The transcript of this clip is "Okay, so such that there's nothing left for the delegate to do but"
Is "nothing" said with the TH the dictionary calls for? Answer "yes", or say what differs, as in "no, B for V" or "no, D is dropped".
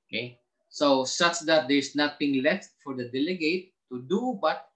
no, T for TH